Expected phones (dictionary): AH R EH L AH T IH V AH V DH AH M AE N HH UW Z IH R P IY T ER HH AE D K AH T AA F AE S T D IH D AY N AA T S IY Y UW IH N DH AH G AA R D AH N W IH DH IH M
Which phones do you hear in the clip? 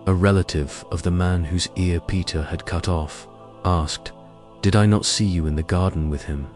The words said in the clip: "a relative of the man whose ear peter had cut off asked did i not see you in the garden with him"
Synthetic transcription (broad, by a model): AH R EH L AH T IH V AH V DH AH M AE N HH UW Z IH R P IY T ER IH D K AH T AA F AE S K D IH D AY N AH T S IY Y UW IH N DH AH G AA R D N W IH DH IH M